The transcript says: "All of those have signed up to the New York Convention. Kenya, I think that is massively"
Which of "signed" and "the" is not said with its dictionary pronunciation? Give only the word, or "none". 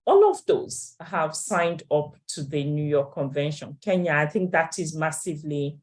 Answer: none